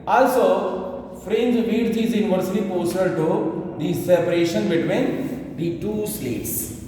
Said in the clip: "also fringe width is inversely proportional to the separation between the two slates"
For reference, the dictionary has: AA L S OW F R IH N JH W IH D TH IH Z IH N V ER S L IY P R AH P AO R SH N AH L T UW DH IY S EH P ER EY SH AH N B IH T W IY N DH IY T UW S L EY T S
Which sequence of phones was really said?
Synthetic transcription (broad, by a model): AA L S OW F R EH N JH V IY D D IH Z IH N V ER S IY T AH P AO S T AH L T UW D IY S EH P ER EY SH AH N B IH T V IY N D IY T UW S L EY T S